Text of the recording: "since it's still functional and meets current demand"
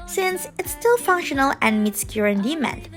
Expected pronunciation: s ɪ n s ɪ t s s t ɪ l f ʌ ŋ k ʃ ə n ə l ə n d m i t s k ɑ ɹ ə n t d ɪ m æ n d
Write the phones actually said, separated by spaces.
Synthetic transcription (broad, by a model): s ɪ n s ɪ t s s t ɪ l f ʌ ŋ k ʃ ə n ə l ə n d m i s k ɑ ɹ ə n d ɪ m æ n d